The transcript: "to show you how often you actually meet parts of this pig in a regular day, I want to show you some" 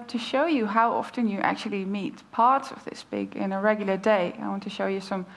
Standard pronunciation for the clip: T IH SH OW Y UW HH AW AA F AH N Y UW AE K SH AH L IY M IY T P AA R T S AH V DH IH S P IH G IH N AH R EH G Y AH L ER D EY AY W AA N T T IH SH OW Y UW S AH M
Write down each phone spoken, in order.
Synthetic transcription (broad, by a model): T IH SH OW Y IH HH AW AA F AH N Y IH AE K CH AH L IY M IY T P AA R T S AH V DH IH S B IH G IH N AH R EH G Y L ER D EY AY W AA N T T IH SH OW Y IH S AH M